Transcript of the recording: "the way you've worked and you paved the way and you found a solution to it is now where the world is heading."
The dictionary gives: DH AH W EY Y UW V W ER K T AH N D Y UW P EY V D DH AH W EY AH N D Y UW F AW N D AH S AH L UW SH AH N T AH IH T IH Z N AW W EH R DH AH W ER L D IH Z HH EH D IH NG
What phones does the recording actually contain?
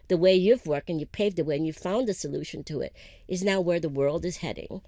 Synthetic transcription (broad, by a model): DH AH W EY Y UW V W ER K T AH N Y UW P EY V D DH AH W EY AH N Y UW F AW N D AH S AH L UW SH AH N T AH IH T IH Z N AW W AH R DH AH W ER L D IH Z HH EH D IH NG